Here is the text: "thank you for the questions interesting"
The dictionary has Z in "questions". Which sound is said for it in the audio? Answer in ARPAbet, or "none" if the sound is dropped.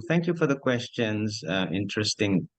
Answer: Z